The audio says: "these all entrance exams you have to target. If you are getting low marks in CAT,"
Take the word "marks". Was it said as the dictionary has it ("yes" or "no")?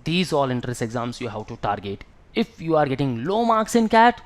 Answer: yes